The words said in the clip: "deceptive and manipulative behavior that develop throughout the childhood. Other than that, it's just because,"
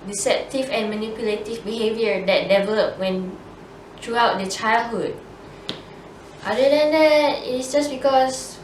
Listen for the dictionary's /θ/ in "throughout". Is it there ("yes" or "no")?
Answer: no